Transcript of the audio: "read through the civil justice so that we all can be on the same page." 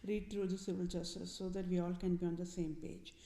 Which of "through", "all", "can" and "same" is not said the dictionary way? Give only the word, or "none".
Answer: through